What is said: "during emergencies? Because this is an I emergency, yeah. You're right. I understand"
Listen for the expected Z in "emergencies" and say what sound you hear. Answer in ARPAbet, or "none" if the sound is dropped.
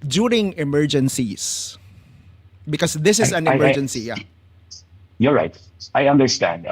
S